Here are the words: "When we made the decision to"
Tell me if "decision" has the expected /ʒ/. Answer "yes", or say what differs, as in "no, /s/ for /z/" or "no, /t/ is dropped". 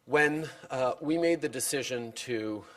yes